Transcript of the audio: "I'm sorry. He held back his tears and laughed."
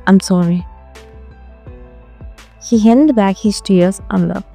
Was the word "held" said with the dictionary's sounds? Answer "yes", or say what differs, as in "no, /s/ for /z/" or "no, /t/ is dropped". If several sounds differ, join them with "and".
no, /n/ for /l/